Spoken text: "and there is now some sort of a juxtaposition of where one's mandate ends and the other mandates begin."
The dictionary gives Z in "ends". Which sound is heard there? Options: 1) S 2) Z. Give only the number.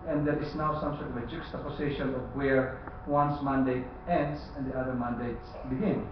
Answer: 1